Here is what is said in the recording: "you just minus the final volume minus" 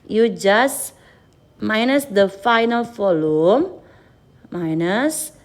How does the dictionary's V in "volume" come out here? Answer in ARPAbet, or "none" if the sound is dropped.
F